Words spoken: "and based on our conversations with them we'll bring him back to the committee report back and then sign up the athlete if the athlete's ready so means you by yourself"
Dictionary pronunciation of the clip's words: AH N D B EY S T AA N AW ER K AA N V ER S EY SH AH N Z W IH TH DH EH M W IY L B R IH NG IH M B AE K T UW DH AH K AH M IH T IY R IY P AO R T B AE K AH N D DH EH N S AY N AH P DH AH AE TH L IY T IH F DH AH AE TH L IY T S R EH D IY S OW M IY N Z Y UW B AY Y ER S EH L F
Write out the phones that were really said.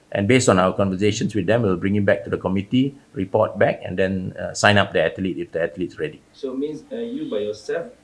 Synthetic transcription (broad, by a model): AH N B EY S T AA N AW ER K AA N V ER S EY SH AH N S W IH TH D EH M W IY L B R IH NG IH M B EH K T UW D AH K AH M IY T IY R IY P AO T B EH K AH N D EH N S AY N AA P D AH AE T L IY T IH F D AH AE T L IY T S R EH D IY S OW M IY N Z Y UW B AY Y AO S EH L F